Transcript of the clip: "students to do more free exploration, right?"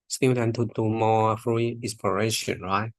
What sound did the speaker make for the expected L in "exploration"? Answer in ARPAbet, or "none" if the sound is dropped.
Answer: none